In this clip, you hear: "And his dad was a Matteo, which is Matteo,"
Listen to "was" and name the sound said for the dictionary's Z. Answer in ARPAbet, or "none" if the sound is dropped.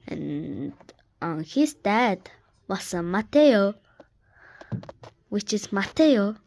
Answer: S